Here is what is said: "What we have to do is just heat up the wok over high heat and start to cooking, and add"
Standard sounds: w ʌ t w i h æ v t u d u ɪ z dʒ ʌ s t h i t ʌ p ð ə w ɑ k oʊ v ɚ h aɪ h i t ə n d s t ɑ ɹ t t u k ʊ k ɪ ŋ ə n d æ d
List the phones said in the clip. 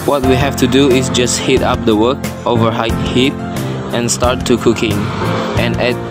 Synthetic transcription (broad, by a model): w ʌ t w i h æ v t u d u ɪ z dʒ ʌ s t h i t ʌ p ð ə w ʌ k oʊ v ɚ h aɪ h i t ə n s t ɑ ɹ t t u k ʊ k ɪ ŋ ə n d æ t